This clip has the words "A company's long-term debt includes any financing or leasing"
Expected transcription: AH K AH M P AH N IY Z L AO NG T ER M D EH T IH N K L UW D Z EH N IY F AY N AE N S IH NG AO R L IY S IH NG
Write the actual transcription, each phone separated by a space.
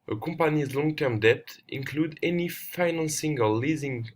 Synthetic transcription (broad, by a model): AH K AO M P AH N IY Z L AO NG T ER M D EH T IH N K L UW D EH N IY F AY N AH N S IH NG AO L L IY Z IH NG